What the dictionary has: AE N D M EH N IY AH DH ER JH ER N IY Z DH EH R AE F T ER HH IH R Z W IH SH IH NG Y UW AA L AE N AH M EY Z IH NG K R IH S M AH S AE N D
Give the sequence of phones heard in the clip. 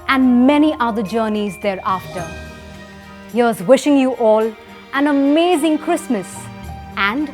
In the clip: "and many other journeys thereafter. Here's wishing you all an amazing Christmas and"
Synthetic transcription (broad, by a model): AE N D M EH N IY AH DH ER JH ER N IY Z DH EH R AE F T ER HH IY W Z W IH SH IH NG Y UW AA L AE N AH M EY Z IH NG K R IH S M AH S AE N D